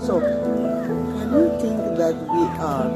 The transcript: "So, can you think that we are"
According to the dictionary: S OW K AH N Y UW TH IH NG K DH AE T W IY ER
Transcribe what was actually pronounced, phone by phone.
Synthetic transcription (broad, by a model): S OW K AH N Y UW T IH NG K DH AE T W IY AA